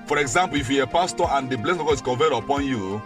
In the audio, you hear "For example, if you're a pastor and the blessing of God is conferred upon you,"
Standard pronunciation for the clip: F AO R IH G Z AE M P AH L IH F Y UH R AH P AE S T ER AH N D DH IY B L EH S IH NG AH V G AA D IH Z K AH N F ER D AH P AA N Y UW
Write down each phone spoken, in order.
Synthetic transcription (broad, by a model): F AO R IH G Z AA M P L IH F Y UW AH P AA S T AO AH N D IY B L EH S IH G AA IH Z K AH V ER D AH P AA N Y UW